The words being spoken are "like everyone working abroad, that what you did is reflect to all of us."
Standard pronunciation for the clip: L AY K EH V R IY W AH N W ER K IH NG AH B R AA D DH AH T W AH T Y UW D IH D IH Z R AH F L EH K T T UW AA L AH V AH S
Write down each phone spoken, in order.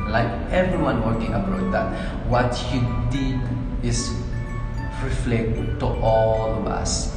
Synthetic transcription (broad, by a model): L AY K EH V R IY W AH N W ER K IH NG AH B AA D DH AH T W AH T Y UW D IH D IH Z R AH F L EH K T T UW AA L AH V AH S